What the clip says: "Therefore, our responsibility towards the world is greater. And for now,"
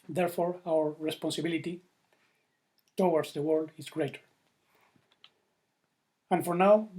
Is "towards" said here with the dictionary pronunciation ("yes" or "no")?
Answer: no